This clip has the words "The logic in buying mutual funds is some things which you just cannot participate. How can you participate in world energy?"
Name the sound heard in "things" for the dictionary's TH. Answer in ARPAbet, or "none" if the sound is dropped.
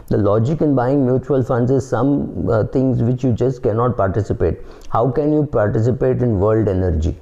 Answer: T